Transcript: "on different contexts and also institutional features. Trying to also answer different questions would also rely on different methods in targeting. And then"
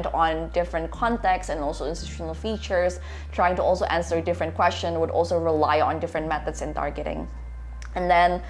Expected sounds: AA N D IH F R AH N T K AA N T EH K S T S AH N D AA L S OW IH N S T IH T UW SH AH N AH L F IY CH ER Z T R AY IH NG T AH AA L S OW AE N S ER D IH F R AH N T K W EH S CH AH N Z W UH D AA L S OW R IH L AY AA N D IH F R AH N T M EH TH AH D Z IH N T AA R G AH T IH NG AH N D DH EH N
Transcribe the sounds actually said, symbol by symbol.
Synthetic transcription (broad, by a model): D N D IH F R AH N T K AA N T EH K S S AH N AA L S OW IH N S T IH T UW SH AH N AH L F IY CH ER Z T R AY IH NG T AH AA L S OW AE N S ER D IH F R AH N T K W EH S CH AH N W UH D AA L S OW R IH L AY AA N D IH F R AH N T M EH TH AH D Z IH N T AA R G AH T IH NG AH N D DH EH N